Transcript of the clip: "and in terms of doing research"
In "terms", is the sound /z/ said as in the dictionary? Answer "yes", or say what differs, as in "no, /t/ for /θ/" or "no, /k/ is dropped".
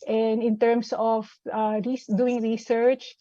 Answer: no, /s/ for /z/